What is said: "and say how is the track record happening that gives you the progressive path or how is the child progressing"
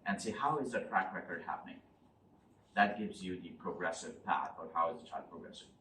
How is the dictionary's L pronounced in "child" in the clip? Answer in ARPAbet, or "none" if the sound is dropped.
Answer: none